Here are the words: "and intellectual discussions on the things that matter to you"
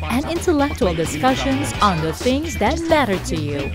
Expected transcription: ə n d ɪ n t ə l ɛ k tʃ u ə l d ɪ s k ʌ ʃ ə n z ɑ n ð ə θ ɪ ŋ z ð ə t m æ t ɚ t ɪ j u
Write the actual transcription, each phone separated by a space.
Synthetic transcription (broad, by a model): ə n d ɪ n t ə l ɛ k tʃ u ə l d ɪ s k ʌ ʃ ə n z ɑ n ð ə θ ɪ ŋ z ð ə t m æ t ɚ t ɪ j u